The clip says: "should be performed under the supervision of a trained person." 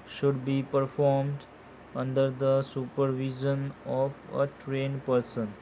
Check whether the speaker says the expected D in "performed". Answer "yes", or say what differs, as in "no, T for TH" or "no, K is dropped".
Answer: yes